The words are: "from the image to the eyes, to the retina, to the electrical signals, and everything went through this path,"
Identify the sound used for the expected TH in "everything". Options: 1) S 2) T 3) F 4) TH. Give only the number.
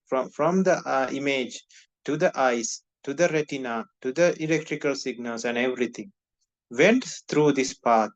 2